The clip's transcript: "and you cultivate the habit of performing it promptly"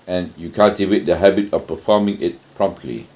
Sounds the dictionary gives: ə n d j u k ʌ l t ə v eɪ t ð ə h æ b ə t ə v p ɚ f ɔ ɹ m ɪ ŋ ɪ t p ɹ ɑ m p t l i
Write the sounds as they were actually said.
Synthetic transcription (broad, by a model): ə n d j u k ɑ t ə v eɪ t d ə h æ b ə t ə f p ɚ f ɔ m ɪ ŋ ɪ t p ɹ ɑ m p t l i